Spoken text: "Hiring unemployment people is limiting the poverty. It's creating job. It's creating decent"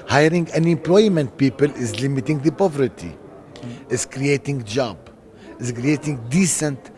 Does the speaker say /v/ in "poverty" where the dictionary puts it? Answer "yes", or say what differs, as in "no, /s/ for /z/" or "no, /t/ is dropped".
yes